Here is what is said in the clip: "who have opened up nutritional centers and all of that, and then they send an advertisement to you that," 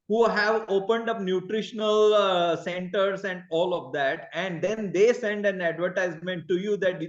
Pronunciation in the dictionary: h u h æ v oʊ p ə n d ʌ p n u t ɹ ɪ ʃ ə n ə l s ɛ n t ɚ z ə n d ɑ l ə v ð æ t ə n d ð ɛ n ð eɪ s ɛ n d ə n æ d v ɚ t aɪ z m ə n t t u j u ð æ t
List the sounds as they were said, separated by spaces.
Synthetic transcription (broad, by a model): h u h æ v oʊ p ə n d ʌ p n u t ɹ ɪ ʃ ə n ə l s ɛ n t ɚ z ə n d ɑ l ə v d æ t ə n d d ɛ n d eɪ s ɛ n d ə n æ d v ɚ t aɪ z m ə n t t u j u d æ t